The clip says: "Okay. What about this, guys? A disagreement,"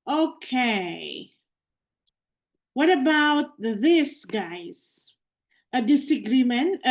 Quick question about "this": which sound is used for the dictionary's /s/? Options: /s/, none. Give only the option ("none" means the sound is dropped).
/s/